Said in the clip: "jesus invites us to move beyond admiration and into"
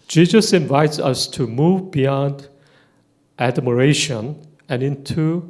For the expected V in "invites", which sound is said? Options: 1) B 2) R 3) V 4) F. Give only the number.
3